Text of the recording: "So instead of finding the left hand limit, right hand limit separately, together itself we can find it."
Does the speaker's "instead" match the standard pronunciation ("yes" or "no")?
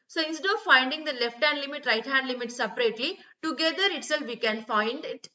no